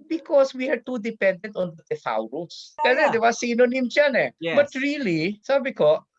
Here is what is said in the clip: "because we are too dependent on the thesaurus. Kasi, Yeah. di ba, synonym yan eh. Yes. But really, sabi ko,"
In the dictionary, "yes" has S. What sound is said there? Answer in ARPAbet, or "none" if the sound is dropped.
none